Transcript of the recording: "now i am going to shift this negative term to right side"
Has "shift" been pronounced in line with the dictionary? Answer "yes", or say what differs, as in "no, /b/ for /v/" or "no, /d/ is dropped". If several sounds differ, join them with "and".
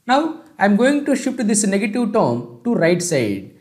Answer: no, /f/ is dropped